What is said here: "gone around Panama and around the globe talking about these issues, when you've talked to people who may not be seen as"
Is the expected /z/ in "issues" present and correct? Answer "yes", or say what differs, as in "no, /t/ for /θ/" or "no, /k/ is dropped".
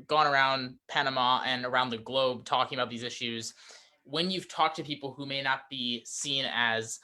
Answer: yes